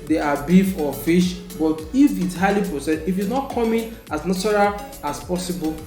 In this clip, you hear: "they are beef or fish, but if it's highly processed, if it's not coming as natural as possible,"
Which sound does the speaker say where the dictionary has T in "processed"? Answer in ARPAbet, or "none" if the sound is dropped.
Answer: none